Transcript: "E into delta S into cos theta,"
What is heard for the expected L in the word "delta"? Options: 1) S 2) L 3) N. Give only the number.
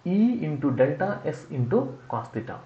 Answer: 2